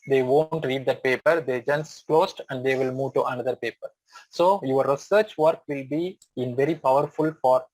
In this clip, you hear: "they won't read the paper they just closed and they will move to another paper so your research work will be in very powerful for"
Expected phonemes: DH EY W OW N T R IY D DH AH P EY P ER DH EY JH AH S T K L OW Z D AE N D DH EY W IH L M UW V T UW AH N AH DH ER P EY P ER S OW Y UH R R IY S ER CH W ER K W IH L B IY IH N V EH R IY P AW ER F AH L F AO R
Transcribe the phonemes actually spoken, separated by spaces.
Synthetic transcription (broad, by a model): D EY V OW N T R IY D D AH P EY P ER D EY JH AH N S K L OW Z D AE N D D EY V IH L M UW V T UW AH N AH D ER P EY P ER S OW Y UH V R IY S ER CH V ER K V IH L B IY IH N V EH R IY P AW ER F AH L F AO R